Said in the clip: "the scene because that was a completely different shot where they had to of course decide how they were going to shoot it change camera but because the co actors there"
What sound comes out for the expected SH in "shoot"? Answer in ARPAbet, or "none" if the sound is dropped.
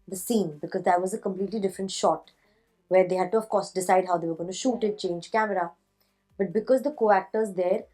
SH